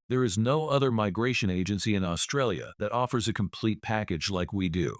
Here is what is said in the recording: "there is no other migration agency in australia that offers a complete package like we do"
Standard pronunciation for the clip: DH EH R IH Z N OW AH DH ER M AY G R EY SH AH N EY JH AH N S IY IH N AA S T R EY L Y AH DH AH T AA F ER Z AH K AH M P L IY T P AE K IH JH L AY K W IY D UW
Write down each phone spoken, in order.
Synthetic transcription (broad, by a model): DH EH R IH Z N OW AH DH ER M AY G R EY SH AH N EY JH AH N S IY IH N AA S T R EY L Y AH DH AH T AA F ER Z AH K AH M P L IY T P AE K IH JH L AY K W IY D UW